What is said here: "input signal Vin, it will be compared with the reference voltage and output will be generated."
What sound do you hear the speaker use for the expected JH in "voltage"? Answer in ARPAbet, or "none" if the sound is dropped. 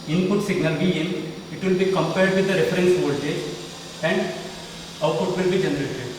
none